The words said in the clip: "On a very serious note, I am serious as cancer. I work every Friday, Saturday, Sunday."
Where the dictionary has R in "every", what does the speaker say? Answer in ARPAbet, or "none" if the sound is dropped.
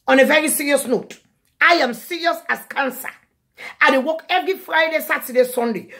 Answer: L